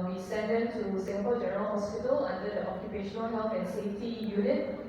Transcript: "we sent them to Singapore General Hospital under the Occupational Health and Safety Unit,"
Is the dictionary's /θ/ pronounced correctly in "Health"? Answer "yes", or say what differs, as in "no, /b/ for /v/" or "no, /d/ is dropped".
no, /f/ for /θ/